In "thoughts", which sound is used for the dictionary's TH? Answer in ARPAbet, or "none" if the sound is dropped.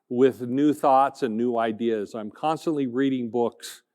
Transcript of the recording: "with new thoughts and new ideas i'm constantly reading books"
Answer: TH